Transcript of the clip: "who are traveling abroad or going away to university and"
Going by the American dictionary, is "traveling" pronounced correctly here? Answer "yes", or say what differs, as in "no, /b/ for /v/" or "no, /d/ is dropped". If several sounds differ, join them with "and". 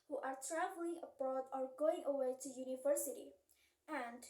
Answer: yes